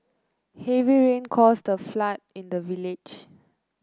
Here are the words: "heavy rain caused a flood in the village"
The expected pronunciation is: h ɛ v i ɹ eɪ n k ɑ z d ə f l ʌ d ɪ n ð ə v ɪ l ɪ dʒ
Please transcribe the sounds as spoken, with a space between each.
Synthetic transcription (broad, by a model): h ɛ v i ɹ eɪ n k ɑ s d ə f l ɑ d ɪ n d ə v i l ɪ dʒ